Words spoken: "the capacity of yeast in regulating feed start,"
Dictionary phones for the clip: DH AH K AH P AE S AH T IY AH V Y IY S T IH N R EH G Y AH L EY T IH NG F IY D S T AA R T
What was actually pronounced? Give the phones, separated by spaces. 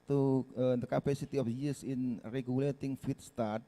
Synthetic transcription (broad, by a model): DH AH K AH P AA S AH T IY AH F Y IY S IH N R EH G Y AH L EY T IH NG F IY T S T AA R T